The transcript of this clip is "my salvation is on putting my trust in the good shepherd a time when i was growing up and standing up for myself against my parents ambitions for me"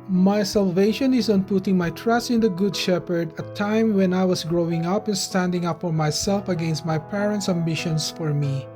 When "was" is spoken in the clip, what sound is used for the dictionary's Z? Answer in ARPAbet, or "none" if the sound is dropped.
S